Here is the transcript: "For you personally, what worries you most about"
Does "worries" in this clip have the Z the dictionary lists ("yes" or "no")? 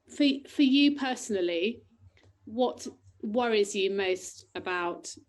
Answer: yes